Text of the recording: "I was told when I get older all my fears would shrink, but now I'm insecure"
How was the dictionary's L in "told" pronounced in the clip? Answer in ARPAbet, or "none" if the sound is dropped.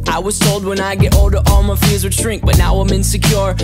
L